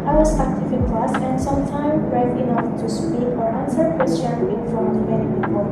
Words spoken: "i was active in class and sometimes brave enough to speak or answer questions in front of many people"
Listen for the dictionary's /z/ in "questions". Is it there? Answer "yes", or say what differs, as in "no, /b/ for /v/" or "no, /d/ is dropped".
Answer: no, /z/ is dropped